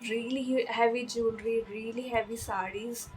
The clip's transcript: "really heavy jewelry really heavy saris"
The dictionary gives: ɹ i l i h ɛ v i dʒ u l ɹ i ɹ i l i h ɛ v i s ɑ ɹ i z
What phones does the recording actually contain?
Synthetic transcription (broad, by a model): ɹ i l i h ɛ v i dʒ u n ɹ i ɹ i l i h ɛ v i s ɑ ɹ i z